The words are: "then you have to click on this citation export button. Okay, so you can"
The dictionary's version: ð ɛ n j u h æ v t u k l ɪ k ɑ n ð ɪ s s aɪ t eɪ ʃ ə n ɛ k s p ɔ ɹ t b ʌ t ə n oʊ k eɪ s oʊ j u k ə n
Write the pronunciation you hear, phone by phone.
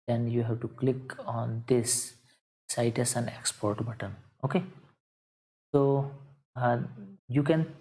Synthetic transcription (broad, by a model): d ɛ n j u h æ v t u k l ɪ k ɑ n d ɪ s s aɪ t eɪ s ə n ɛ k s p ɔ ɹ t b ʌ t ə n oʊ k eɪ s oʊ j u k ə n